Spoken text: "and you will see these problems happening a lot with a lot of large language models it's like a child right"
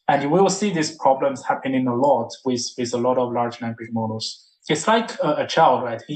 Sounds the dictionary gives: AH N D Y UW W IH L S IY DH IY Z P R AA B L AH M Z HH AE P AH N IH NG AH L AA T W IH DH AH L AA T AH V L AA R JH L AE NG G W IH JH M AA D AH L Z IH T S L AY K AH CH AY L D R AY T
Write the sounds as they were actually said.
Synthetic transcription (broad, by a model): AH N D Y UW W IH L S IY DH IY S P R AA B L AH M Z HH AE P AH N IH NG AH L AA T W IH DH AH L AA T AH V L AA R JH N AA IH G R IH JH M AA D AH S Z IH T S L AY K AH CH AY L D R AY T